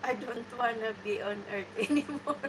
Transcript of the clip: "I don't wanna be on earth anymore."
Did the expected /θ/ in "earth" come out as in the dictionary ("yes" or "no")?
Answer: no